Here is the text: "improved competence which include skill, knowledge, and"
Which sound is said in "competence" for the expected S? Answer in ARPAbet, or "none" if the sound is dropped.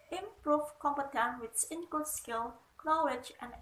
none